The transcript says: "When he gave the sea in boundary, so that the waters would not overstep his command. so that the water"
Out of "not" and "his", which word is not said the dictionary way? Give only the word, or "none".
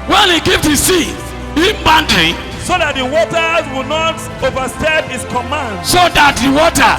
his